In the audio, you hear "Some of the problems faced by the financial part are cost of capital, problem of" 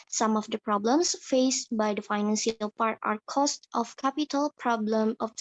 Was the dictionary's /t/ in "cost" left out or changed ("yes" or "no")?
no